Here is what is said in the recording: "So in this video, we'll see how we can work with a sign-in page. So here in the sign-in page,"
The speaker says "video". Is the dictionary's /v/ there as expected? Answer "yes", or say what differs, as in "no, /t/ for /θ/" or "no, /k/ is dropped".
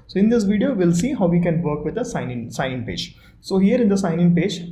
yes